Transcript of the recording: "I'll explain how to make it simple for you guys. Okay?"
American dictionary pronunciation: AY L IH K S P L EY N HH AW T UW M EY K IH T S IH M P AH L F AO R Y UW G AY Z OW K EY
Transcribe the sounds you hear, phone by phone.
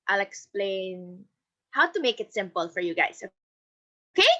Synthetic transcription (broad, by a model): AY L IH K S P L EY N HH AW T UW M EY K IH T S IH M P AH L F AO R Y UW G AY S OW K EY